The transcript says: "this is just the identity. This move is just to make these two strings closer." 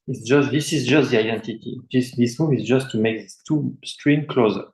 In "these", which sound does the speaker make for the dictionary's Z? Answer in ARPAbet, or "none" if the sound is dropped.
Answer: none